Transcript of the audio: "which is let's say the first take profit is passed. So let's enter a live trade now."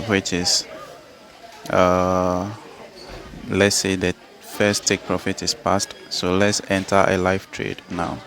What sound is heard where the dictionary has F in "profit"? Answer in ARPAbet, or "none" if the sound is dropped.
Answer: F